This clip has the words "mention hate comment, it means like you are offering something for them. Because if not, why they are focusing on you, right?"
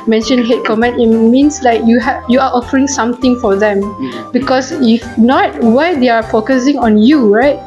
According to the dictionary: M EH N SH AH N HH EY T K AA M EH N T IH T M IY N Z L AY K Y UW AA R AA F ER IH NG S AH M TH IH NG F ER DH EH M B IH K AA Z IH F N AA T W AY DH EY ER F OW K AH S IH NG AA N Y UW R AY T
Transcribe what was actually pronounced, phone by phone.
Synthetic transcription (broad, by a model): M EH N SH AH N HH EY T K AA M EH N T IH T M IY N S L AY K Y UW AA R AA F ER IH NG S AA M T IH NG F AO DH EH M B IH K AA S IH F N AA T W AY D EY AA F OW K AH S IH NG AA N Y UW R AY T